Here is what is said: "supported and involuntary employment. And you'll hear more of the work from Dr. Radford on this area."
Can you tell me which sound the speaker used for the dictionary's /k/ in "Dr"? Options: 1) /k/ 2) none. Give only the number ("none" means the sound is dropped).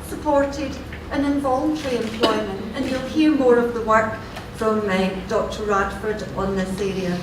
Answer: 1